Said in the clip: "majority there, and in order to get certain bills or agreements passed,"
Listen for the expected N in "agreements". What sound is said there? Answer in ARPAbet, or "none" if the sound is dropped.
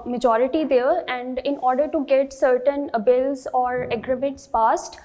none